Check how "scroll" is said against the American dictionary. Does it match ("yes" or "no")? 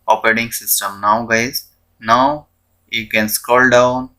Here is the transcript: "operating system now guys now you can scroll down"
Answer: no